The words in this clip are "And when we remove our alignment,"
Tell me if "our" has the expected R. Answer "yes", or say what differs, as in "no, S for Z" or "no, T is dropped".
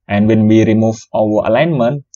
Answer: no, W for R